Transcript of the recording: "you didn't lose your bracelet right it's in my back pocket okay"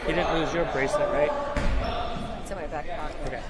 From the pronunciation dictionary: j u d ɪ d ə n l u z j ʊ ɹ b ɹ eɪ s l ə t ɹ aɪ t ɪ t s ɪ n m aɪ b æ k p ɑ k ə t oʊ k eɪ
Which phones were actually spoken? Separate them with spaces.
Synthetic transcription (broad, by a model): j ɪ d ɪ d n l u z j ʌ ɹ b ɹ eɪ s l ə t ɹ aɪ ɪ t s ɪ m aɪ b æ k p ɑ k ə ʊ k eɪ